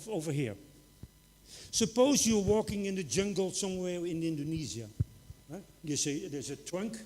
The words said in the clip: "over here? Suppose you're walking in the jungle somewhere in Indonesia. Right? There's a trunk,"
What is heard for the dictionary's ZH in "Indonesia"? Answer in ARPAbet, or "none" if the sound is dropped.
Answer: Z